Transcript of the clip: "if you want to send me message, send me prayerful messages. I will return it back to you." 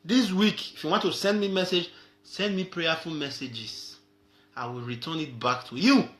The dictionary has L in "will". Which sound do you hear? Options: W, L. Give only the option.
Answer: L